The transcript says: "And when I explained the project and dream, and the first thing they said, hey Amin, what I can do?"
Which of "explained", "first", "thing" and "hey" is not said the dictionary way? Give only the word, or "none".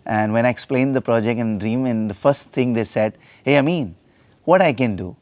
thing